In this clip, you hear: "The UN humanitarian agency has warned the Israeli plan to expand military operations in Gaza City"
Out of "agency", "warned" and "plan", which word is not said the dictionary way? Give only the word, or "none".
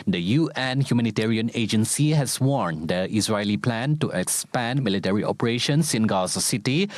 none